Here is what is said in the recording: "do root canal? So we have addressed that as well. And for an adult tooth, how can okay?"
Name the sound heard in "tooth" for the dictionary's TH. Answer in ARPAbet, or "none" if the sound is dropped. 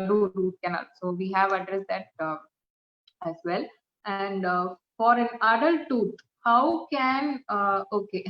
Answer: T